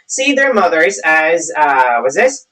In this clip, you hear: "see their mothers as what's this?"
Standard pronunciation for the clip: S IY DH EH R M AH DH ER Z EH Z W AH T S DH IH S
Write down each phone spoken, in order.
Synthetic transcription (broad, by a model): S IY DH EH R M AH DH ER Z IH Z W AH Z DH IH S